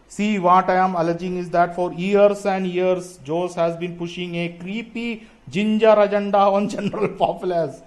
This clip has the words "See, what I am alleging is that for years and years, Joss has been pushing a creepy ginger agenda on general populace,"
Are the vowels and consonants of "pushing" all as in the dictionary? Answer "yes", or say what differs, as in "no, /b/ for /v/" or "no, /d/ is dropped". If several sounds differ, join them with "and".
yes